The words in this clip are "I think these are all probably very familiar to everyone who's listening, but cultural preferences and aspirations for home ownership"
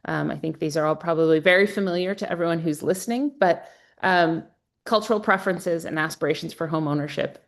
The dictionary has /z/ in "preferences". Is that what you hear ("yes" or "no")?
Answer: yes